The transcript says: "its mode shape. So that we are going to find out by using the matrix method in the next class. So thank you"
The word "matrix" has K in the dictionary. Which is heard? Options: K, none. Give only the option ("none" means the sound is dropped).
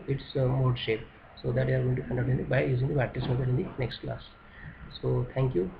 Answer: none